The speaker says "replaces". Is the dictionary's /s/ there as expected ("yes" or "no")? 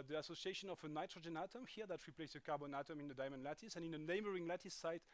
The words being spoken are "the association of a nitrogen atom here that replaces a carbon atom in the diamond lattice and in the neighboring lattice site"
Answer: no